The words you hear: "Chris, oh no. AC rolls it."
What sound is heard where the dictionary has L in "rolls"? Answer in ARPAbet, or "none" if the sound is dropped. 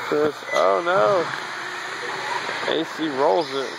L